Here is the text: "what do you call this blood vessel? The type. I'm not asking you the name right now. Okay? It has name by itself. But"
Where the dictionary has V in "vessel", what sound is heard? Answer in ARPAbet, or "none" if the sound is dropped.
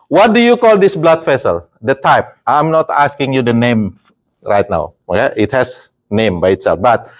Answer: F